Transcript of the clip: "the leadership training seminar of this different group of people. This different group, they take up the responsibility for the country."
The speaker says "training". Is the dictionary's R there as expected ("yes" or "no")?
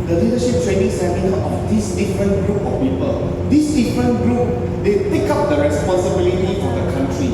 no